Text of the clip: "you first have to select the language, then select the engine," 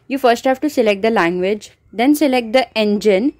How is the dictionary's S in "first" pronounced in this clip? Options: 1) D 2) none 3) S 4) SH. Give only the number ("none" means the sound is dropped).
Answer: 3